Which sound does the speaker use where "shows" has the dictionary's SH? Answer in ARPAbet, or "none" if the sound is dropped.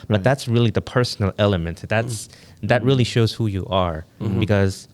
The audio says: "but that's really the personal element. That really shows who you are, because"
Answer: SH